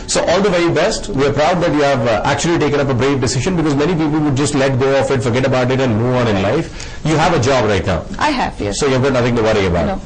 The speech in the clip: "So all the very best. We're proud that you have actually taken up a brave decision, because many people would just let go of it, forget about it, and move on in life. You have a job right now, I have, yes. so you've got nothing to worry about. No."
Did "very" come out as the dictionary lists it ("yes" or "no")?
no